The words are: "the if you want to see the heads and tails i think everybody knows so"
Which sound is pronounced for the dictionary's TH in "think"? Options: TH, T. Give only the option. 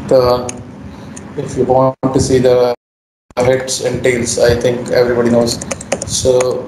T